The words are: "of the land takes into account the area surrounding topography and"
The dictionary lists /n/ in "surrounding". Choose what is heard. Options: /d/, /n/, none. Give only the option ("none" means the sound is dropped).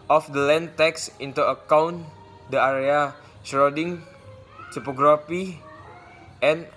none